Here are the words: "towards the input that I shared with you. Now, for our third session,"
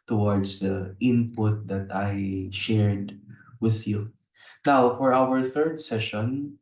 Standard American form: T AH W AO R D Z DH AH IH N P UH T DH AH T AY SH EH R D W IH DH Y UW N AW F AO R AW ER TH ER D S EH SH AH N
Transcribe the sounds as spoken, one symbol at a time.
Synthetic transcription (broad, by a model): T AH W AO R D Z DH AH IH N P UH T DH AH T AY SH EH R D W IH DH Y UW N AW F AO R AW ER TH ER D S EH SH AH N